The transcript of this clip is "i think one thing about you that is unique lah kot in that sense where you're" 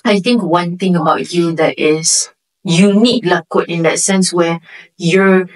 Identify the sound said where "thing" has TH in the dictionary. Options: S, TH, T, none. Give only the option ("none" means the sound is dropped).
T